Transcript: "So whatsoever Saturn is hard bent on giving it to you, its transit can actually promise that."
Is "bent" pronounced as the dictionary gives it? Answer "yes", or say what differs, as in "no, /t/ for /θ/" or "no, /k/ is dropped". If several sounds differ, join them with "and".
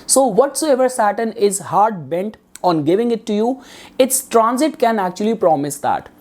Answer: yes